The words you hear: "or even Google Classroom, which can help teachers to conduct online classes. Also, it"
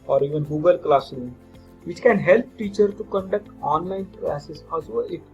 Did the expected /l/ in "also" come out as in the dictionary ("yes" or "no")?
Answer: no